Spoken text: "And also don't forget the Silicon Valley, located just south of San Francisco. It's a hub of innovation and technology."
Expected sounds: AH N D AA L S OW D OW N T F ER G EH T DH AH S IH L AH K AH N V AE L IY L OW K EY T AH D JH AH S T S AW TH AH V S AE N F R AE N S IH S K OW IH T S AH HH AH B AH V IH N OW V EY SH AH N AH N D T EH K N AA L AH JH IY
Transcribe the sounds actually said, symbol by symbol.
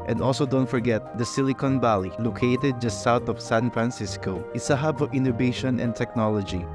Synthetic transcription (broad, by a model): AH N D AA L S OW D OW N T F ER G EH T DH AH S IH L AH K AH N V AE L IY L OW K EY T AH D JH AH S S AW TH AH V S AE N F R AE N S IH S K OW IH T S AH HH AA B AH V IH N OW V EY SH AH N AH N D T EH K N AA L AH JH IY